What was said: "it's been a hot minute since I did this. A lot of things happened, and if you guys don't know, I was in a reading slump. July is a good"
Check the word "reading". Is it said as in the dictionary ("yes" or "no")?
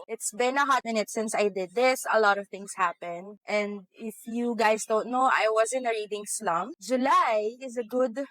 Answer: yes